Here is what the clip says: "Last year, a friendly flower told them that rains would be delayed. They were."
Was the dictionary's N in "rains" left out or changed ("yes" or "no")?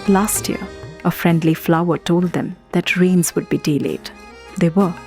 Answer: no